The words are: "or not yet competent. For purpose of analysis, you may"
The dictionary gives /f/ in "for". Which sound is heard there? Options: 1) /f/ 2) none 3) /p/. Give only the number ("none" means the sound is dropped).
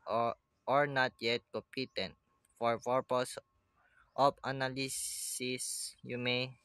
1